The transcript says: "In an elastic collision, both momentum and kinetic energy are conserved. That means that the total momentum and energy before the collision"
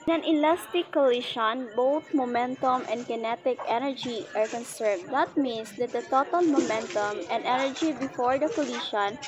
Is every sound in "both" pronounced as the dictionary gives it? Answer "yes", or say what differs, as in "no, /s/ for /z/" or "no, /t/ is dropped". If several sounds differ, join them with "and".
no, /t/ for /θ/